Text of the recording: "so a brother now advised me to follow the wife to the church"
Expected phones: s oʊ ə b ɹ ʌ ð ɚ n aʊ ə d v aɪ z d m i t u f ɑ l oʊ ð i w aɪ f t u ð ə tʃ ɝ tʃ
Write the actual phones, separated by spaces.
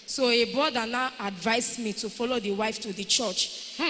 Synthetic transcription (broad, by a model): s oʊ ə b ɔ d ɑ n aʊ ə d v aɪ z m i t u f ɑ l oʊ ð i w aɪ f t u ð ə tʃ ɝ tʃ